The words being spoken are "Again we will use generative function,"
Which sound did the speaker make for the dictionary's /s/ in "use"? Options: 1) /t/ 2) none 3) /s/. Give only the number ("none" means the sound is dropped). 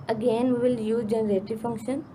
2